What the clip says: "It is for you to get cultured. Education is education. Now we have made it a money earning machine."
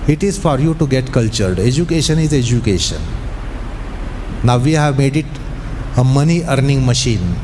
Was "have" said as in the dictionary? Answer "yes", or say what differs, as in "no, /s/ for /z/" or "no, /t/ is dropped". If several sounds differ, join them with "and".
yes